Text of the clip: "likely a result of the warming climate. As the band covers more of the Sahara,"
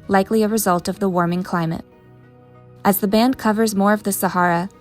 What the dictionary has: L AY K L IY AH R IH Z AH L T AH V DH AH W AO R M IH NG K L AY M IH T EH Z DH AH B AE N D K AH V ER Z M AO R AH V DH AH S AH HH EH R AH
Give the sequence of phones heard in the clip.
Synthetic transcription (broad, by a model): L AY K L IY AH R IH Z AH L T AH V DH AH W AO R M IH NG K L AY M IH T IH Z DH AH B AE N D K AH V ER Z M AO R AH V DH AH S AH HH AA R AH